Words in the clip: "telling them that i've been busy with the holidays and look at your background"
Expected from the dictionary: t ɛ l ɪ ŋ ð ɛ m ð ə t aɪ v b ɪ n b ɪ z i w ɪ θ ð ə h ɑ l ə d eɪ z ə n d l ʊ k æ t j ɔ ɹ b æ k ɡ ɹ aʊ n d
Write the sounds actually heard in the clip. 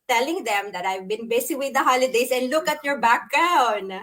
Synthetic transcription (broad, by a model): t ɛ l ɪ ŋ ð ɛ m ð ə t aɪ v b ɪ n b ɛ s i w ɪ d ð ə h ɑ l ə d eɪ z ə n d l ʊ k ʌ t j ɔ ɹ b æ k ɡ ɹ aʊ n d